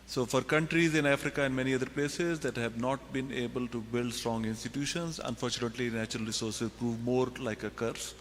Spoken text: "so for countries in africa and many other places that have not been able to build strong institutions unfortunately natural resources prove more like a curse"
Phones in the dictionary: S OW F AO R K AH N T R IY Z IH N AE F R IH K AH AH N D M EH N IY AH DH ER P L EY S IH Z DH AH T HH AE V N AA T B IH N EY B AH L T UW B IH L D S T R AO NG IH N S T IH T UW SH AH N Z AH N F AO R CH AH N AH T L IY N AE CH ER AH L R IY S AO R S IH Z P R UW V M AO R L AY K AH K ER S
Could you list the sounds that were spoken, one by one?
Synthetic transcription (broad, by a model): S OW F AO R K AH N T R IY Z IH N AE F R IH K AH AH N D M EH N IY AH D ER P L EY S IH Z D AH T HH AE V N AA T B IH N EY B AH L T UW B IH L D S T R AO NG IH N S T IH T UW SH AH N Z AH N F AO R CH AH N AH T L IY N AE CH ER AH L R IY S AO R S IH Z P R UW V M AO R L AY K AH K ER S